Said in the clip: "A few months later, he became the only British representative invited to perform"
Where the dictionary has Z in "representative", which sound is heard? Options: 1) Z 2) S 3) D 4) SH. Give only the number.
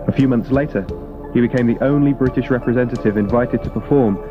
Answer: 1